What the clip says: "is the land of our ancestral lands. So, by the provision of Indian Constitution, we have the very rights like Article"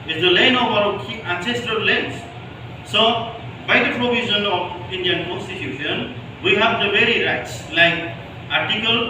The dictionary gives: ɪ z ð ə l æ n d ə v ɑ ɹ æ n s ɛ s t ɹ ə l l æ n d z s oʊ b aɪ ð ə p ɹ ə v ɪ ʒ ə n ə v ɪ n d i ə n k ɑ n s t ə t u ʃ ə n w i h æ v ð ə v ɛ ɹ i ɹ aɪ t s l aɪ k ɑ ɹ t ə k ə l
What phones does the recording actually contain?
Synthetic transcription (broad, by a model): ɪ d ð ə l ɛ n ə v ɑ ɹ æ n s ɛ s t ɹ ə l l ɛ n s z s oʊ b aɪ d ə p ɹ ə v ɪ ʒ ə n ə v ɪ n d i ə n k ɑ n s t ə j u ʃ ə n w i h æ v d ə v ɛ ɹ i ɹ aɪ t s l aɪ k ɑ ɹ t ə k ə l